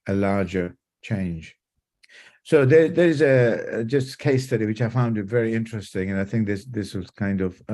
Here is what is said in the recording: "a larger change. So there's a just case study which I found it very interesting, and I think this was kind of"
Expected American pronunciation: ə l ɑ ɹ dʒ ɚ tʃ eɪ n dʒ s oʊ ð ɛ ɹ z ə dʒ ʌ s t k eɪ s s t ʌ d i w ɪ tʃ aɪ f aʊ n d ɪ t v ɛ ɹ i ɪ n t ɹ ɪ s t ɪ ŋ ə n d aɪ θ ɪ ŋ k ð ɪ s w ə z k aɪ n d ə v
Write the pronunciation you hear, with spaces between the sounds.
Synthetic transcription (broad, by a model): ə l ɑ ɹ dʒ ɚ tʃ eɪ n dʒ s oʊ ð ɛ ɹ z ə dʒ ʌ s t k eɪ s s t ʌ d i w ɪ tʃ aɪ f aʊ n d ɪ t v ɛ ɹ i ɪ n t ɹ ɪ s t ɪ ŋ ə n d aɪ θ ɪ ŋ k ð ɪ s w ə z k aɪ n d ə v